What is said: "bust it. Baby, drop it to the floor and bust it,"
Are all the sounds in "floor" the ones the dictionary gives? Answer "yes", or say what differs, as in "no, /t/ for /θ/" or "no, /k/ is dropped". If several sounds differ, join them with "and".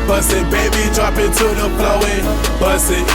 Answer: no, /p/ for /f/ and /w/ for /ɹ/